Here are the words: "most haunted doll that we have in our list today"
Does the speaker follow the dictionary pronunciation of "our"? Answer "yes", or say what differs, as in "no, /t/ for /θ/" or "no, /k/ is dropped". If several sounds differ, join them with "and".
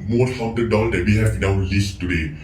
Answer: no, /w/ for /ɹ/